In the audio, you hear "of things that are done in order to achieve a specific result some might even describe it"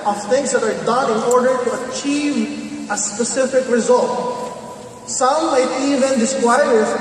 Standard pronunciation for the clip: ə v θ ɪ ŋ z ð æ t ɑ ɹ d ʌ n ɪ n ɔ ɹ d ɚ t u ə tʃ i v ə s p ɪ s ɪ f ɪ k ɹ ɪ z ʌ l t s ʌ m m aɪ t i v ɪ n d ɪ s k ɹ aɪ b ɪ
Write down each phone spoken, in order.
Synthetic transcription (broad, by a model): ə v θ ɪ ŋ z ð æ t ɑ ɹ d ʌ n ɪ n ɔ ɹ d ɚ t u ə tʃ i v ə s p ɪ s ɪ f ɪ k ɹ ɪ z ʌ l t s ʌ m m aɪ t i v ɪ n d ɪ s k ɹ aɪ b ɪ